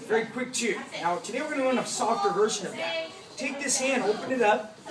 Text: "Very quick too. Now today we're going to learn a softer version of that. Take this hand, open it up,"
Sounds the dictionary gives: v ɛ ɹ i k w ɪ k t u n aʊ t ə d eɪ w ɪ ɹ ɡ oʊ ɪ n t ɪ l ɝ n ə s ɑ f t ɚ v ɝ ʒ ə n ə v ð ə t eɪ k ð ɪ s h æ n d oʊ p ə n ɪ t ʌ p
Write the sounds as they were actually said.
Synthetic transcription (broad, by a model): v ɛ ɹ i k w ɪ k t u n aʊ t ə d eɪ w ɪ ɹ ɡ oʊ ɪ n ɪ w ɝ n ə s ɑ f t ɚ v ɝ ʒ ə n ə v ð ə t eɪ k ð ɪ s h æ n d oʊ p ə n ɪ t ʌ p